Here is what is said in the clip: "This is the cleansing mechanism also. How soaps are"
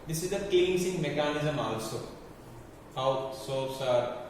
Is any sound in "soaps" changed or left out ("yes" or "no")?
yes